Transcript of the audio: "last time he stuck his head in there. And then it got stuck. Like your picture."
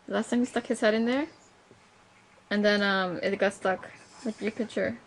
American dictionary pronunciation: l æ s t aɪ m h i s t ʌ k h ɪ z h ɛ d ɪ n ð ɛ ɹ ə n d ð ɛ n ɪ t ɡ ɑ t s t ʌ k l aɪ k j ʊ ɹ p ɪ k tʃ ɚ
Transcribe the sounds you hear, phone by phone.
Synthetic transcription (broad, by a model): l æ s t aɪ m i s t ʌ k h ɪ z h ɛ d ɪ n ð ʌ ɹ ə n ð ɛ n ɪ t ɡ ɑ t s t ʌ k w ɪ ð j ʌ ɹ p ɪ k tʃ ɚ